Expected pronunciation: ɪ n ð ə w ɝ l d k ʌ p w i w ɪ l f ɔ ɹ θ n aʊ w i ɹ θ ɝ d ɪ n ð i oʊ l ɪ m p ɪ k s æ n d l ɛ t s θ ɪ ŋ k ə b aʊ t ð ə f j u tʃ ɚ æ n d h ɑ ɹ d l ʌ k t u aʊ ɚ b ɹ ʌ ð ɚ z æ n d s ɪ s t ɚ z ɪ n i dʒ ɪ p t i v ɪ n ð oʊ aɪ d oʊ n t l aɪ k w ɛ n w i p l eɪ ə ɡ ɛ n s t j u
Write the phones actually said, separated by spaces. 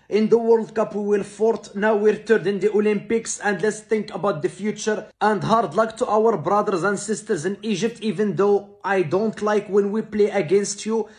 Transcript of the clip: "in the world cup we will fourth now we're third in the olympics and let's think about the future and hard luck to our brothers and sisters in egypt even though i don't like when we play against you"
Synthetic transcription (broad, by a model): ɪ n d ə w ɝ l d k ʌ p w i w ɪ l f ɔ ɹ t n aʊ w i ɹ t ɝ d ɪ n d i oʊ l ɪ m p ɪ k s æ n d l ɛ t s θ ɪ ŋ k ə b aʊ t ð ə f j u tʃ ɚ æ n d h ɑ ɹ d l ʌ k t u aʊ ɚ b ɹ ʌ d ɚ z æ n d s ɪ s t ɚ z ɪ n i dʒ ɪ p t i v ɪ n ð oʊ aɪ d oʊ n t l aɪ k w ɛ n w i p l eɪ ə ɡ ɛ n s t j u